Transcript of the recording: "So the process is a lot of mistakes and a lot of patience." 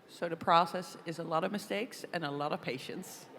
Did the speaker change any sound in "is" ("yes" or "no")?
no